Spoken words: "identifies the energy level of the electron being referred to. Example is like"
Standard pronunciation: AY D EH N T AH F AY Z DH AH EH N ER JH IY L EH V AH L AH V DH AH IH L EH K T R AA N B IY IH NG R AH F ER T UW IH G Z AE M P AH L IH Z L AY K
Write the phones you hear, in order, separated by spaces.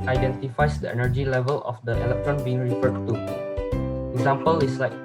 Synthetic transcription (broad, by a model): AY D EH N T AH F AY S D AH EH N ER JH IY L EH V AH L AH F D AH IH L EH K T R AA N B IY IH NG R AH F ER T UW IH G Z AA M P AH L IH S L AY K